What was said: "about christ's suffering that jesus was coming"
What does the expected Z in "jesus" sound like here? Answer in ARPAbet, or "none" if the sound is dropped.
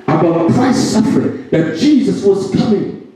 Z